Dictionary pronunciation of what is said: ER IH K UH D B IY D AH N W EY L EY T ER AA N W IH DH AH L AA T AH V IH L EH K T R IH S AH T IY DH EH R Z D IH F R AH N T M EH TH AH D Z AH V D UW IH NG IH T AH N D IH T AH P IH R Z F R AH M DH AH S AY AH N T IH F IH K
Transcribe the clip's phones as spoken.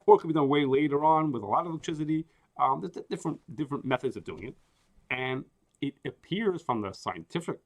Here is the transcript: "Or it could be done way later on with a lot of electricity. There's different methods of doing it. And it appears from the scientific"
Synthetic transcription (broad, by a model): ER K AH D B IY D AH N W EY L EY T ER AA N W IH DH AH L AA T AH V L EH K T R IH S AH T IY DH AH R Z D IH F R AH N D M EH TH AH D Z AH V D UW IH NG IH T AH N IH T AH P IH R Z F R AH M DH AH S AY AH N T IH F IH K